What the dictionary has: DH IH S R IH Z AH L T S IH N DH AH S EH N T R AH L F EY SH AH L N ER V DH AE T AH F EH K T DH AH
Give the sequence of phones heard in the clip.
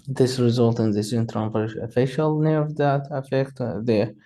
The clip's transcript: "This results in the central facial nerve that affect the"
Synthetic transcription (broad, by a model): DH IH S R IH Z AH L T IH N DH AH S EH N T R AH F F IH SH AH L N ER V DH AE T AH F EH K T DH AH